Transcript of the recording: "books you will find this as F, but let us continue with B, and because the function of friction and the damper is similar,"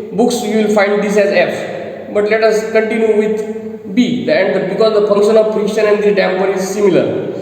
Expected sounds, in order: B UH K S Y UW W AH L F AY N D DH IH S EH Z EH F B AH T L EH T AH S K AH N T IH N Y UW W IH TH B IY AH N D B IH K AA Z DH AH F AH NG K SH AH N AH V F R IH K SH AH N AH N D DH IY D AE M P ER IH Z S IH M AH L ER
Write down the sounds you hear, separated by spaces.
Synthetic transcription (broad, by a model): B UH K S Y UW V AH L F AY N D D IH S EH Z EH F B AH T L EH T AH S K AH N T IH N Y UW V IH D B IY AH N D B IH K AA Z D AH F AH NG K SH AH N AH V P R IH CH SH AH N AH N D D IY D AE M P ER IH Z S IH M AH L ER